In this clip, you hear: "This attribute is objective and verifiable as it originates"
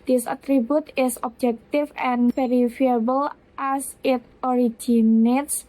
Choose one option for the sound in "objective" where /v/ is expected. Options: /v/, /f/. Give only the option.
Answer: /f/